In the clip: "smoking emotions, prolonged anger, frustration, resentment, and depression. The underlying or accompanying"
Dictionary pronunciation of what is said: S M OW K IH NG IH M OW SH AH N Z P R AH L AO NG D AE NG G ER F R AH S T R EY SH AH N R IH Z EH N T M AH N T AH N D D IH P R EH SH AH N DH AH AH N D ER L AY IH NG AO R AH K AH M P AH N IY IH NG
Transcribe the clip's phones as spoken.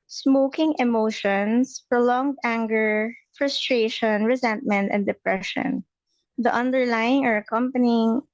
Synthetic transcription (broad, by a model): S M OW K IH NG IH M OW SH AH N S P R AH L AO NG D AE NG G ER F R AH S T R EY SH AH N R IH Z EH N T M AH N T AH N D D IH P R EH SH AH N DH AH AH N D ER L AY IH NG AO R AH K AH M P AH N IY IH NG